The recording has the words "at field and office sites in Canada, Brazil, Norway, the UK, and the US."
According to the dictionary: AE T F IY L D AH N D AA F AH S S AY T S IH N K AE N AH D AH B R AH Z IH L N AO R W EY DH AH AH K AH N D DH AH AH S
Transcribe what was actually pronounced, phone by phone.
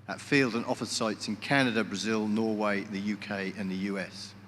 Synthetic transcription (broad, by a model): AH T F IY L D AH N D AA F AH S S AY T S IH N K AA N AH D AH B R AH Z IH L N AO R W EY DH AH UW K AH N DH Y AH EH S